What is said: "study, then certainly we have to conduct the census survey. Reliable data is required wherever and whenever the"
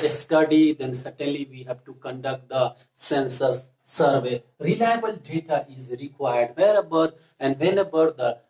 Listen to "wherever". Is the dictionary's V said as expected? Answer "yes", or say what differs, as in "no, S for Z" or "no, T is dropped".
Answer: no, B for V